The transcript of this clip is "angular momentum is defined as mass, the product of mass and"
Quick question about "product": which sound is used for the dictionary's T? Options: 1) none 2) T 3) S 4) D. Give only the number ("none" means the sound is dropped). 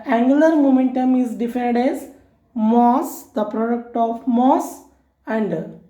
2